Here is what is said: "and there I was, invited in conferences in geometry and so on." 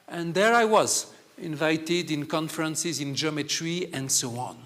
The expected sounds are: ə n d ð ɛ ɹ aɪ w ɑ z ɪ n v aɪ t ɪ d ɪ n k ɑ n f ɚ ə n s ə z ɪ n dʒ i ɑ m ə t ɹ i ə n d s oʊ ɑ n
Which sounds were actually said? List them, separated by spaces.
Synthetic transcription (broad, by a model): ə n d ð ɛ ɹ aɪ w ɑ z ɪ n v aɪ t ɪ d ɪ n k ɑ n f ɚ ə n s ə z ɪ n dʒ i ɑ m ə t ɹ i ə n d s oʊ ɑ n